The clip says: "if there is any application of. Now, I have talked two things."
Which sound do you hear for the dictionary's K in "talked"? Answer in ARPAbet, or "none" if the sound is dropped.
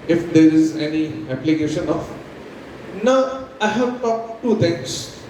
none